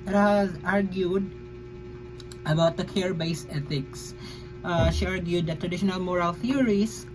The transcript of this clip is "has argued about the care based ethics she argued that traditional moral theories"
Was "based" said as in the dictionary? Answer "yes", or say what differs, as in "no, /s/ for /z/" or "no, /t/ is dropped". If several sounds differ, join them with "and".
no, /t/ is dropped